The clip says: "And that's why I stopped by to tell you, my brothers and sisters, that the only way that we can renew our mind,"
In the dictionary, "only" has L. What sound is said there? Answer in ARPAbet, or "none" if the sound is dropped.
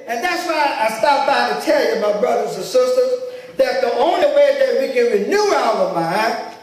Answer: L